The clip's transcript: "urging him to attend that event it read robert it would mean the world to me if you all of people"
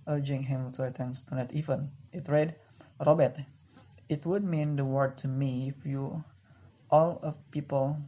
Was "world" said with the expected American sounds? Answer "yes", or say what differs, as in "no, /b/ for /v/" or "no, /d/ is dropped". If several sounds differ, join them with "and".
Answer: no, /l/ is dropped